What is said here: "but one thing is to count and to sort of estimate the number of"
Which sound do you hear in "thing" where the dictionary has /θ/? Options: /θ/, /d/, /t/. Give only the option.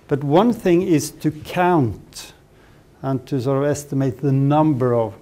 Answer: /θ/